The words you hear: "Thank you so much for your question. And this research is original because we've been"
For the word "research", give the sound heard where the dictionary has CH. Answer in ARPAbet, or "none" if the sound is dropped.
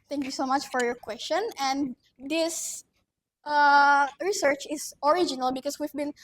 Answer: CH